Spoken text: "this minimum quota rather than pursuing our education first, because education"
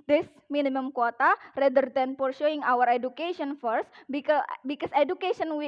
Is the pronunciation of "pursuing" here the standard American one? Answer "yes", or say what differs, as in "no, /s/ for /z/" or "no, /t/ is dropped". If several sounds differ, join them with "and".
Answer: no, /ʃ/ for /s/